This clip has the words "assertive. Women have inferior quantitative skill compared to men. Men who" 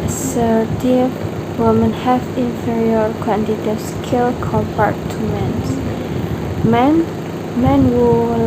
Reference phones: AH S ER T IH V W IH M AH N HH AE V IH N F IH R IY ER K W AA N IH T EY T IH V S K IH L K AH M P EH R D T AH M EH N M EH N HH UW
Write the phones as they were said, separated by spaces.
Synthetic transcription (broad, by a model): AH S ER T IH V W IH M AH N HH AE F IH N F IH R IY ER K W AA N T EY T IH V S K IH L K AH M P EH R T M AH M EH N M EH N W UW